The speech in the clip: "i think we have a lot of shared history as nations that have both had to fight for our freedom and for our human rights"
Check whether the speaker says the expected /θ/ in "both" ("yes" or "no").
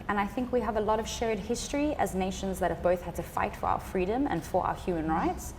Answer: yes